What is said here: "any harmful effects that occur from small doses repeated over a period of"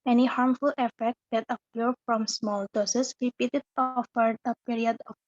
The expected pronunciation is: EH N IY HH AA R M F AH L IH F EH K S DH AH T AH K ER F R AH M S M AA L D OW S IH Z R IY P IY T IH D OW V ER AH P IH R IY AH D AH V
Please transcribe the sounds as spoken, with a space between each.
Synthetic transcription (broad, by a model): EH N IY HH AA R M F AH L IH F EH K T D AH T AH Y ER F R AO M S M AA L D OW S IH S R IY P IY T IH D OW F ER AH P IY R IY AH D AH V